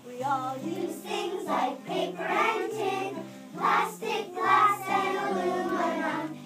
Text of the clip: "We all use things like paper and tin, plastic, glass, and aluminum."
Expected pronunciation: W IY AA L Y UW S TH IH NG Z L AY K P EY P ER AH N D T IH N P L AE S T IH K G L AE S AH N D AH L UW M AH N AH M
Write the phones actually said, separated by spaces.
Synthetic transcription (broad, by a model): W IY AA L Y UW TH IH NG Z L AY K P EY P ER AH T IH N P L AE S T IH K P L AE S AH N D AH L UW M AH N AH